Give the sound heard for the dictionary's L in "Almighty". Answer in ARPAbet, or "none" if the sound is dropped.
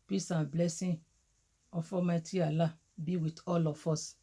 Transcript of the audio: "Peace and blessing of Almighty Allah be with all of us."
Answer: none